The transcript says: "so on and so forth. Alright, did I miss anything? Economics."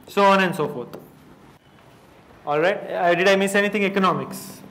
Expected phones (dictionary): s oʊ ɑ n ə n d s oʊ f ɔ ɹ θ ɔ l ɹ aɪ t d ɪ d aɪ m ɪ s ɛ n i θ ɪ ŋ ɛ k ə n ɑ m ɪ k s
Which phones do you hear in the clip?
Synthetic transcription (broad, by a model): s oʊ ɑ n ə n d s oʊ f ɔ ɹ t ɔ l ɹ aɪ t d ɪ d aɪ m ɪ s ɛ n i t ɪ ŋ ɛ k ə n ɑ m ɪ k s